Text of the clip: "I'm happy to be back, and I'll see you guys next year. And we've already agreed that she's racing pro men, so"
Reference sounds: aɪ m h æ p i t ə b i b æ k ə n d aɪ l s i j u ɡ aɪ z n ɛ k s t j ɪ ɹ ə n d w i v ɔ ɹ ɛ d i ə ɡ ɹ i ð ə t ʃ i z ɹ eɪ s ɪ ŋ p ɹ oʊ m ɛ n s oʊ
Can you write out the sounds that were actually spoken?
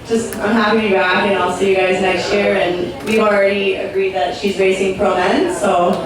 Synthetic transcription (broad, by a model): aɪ m h æ p i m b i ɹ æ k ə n aɪ l s i j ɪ ɡ aɪ z n ɛ k s t j ɪ ɹ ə n w i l ɹ ɛ d i ə ɡ ɹ i ð ə t ʃ i z ɹ eɪ s ɪ ŋ p ɹ oʊ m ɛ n s oʊ